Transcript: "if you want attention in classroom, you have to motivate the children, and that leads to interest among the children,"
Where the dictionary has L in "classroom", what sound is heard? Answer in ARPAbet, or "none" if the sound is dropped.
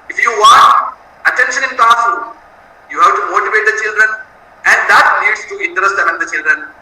none